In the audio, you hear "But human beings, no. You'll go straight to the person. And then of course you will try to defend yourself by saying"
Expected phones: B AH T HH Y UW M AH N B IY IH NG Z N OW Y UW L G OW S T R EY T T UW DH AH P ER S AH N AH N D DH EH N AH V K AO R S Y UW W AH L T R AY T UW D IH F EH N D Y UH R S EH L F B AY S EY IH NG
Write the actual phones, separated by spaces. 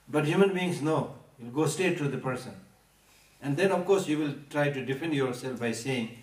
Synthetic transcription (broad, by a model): B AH T HH Y UW M AH N B IY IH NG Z N OW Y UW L G OW S T EY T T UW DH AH P ER S AH N AH N D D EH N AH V K AO R S Y UW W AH L T R AY T UW D IH F EH N D Y UH R S EH L F B AY S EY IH NG